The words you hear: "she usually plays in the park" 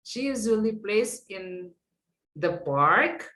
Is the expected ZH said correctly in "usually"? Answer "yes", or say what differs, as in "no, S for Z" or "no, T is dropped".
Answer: no, Z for ZH